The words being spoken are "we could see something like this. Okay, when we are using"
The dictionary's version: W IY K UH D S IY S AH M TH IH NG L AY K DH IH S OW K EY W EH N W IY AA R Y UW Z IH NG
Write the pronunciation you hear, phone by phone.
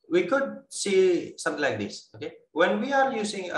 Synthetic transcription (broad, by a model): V IY K UH D S IY S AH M T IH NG L AY K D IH S OW K EY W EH N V IY AA R Y UW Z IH NG